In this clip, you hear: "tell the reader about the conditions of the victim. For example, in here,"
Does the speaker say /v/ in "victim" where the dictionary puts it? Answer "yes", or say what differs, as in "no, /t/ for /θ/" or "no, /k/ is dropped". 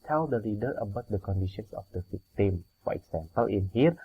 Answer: no, /f/ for /v/